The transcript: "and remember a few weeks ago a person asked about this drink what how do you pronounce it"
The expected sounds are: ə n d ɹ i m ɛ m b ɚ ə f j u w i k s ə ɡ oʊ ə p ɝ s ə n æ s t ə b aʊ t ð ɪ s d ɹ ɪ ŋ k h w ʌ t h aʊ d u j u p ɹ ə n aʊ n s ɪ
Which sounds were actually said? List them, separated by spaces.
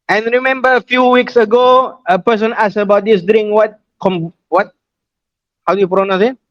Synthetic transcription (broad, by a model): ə n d ɹ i m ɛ m b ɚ ə f j u w i k s ə ɡ oʊ ə p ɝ s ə n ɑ s ə b aʊ t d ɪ s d w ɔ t k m w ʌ t h aʊ d u j u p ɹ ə n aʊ s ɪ